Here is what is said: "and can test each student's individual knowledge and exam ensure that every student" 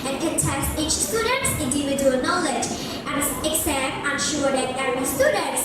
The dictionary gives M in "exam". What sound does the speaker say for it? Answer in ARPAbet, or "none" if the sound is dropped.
none